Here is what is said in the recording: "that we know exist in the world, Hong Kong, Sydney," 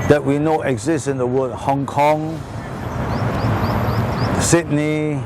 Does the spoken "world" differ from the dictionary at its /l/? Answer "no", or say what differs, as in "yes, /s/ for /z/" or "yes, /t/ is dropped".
yes, /l/ is dropped